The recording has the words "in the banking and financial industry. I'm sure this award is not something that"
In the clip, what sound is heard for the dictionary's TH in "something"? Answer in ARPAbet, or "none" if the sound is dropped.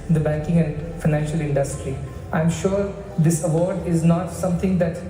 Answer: T